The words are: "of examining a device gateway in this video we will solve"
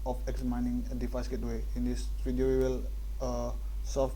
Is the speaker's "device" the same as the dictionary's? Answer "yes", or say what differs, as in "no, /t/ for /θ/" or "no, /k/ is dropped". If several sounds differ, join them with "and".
no, /f/ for /v/